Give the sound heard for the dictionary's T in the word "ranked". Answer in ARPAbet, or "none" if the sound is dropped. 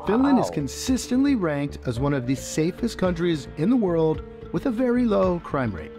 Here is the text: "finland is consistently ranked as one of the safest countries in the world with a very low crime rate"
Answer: T